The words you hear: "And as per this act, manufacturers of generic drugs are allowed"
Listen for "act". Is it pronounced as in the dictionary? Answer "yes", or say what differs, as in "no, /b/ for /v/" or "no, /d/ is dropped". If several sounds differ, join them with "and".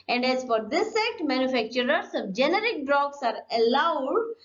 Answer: no, /k/ is dropped